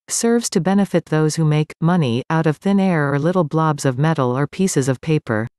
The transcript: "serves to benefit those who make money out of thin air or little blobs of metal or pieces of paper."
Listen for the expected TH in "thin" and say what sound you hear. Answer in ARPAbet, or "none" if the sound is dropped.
TH